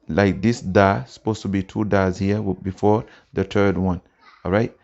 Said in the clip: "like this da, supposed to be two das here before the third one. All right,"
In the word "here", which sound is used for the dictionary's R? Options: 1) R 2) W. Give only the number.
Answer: 2